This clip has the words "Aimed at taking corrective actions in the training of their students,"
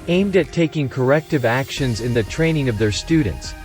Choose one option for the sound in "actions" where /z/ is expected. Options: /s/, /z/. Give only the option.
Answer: /z/